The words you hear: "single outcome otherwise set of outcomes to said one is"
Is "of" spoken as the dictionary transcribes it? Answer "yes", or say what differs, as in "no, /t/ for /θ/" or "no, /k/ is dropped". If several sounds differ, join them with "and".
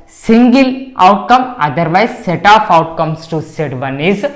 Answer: no, /p/ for /v/